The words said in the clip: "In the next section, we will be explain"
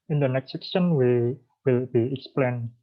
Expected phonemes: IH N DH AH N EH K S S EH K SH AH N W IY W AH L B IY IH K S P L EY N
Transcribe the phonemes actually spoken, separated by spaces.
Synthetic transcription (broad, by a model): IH N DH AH N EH K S S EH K S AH N W IY W AH L B IY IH K S P L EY N